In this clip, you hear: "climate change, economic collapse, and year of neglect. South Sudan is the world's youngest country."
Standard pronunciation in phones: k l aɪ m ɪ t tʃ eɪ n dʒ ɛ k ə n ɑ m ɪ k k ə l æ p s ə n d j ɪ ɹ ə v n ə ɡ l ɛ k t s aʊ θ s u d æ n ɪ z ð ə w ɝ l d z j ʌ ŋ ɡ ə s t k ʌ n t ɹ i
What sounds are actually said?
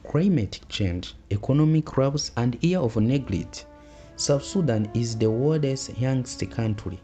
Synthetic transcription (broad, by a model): k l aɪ m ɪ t tʃ eɪ n dʒ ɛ k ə n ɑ m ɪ k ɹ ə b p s ə n d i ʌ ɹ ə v n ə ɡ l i t s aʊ f s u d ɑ n ɪ z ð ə w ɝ d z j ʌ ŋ ɡ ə s t k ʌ n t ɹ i